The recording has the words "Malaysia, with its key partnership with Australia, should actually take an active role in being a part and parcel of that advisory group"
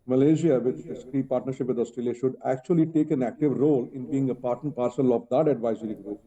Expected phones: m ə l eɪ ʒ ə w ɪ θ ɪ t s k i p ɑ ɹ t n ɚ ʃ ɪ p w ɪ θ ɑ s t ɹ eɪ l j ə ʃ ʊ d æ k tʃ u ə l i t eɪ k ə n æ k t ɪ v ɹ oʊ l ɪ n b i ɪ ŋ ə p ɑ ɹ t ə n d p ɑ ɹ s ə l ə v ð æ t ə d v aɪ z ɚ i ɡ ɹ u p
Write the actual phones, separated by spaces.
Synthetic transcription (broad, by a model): m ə l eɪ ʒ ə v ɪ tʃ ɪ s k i p ɑ ɹ t n ɚ ʃ ɪ p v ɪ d ɑ s t ɹ eɪ l j ə ʃ ʊ d æ k tʃ u ə l i t eɪ k ə n æ k t ɪ v ɹ oʊ l ɪ n b i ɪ ŋ ə p ɑ ɹ t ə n p ɑ ɹ s ə l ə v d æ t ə d v aɪ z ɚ i ɡ ɹ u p